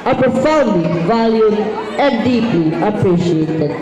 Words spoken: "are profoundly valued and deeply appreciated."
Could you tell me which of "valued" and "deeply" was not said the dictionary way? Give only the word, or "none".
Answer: valued